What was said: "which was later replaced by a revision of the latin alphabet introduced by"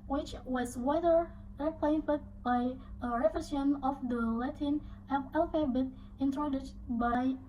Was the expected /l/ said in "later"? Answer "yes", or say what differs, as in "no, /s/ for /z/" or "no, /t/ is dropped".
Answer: no, /w/ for /l/